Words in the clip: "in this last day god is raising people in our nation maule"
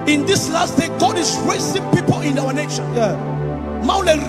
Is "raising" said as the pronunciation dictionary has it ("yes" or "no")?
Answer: no